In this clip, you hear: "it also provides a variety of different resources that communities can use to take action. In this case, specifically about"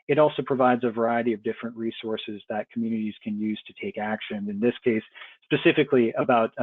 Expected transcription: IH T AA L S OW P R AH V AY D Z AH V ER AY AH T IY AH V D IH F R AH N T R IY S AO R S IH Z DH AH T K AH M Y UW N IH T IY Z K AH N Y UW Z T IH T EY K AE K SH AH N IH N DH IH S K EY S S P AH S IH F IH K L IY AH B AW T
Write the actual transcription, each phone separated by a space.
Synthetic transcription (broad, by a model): IH T AA L S OW P R AH V AY D Z AH V ER AY AH T IY AH V D IH F R AH N T R IY S AO R S IH Z DH AH T K M Y UW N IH T IY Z K AH N Y UW Z T IH T EY K AE K SH AH N IH N DH IH S K EY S S P AH S IH F IH K L IY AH B AW T